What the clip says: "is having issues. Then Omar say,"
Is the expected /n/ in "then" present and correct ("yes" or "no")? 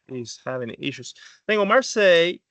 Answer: no